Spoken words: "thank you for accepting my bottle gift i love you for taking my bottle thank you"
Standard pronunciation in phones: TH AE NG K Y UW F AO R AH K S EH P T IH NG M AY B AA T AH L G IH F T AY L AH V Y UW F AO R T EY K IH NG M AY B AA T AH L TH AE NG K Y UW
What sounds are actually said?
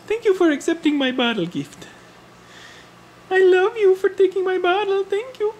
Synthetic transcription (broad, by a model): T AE NG K Y UW F AO R AH K S EH P T IH NG M AY B AA T AH L G IH F T AY L AH V Y UW F AO R T EY K IH NG M AY B AA T AH L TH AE NG K Y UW